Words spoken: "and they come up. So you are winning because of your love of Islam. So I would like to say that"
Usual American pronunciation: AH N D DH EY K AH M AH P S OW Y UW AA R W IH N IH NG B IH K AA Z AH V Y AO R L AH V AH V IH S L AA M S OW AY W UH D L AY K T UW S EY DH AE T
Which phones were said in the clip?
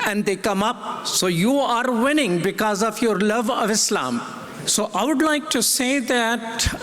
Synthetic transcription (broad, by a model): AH N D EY K AH M AH P S OW Y UW AA R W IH N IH NG B IH K AA Z AH V Y AO R L AH V AH V IH S L AA M S OW AY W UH D L AY K T UW S EY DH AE T